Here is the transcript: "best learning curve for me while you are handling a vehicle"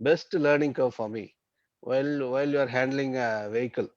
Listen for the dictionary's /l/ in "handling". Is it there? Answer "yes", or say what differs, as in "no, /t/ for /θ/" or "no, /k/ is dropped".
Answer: yes